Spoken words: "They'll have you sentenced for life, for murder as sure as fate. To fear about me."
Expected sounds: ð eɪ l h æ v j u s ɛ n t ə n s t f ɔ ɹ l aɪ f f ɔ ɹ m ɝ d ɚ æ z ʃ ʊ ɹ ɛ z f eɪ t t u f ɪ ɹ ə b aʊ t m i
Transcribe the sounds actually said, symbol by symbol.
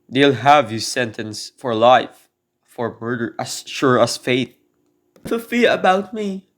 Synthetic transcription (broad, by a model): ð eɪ l h æ v j u s ɛ n t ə n s f ɔ ɹ l aɪ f f ɔ ɹ m ɝ d ɚ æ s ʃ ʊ ɹ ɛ s f eɪ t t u f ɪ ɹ ə b aʊ t m i